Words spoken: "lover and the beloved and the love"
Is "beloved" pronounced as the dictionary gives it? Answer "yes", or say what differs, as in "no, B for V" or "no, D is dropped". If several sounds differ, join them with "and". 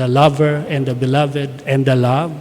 yes